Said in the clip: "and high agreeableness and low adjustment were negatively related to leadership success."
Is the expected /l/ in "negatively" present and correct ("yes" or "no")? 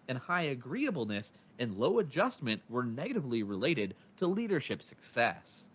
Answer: yes